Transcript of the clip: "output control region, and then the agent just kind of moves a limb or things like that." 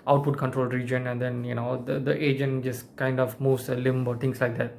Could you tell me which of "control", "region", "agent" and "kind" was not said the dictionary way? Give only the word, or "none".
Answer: none